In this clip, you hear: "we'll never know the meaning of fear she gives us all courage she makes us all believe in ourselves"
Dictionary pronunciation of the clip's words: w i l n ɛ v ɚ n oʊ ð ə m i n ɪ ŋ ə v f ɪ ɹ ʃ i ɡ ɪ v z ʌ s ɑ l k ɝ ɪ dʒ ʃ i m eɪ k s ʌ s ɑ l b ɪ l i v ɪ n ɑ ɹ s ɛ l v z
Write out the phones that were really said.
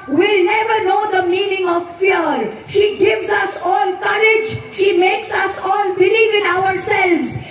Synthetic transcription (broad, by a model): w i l n ɛ v ɚ n oʊ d ə m i n ɪ ŋ ə v f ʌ ɹ ʃ i ɡ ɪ v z ʌ s ɑ l k ɝ ɪ dʒ ʃ i m eɪ k s ʌ s ɑ l b ɪ l i v ɪ n ɑ ɹ s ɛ l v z